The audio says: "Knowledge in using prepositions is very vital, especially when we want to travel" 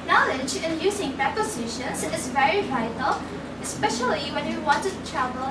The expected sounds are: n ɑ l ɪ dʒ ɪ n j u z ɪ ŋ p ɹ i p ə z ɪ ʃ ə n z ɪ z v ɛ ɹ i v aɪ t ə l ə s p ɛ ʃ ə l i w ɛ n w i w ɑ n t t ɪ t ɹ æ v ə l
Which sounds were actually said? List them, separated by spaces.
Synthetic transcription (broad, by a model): n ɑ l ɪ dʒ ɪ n j u z ɪ ŋ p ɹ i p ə s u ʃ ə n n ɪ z v ɛ ɹ i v aɪ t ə l ə s p ɛ ʃ ə l i w ɛ n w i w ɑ n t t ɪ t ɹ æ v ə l